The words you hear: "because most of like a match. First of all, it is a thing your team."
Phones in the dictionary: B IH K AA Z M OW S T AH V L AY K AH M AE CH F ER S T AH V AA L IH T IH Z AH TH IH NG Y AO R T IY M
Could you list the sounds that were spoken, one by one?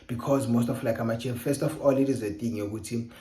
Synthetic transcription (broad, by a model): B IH K AA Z M OW S T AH F L AY K AH M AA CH F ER S T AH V AA L IH T IH Z AH T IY NG Y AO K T IY